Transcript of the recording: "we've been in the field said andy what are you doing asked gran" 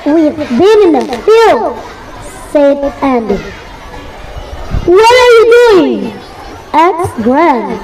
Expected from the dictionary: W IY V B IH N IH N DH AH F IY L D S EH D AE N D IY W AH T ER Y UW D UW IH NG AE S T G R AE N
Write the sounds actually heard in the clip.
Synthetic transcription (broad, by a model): W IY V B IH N IH N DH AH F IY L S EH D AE N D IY W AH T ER Y UW D UW IH NG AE T G R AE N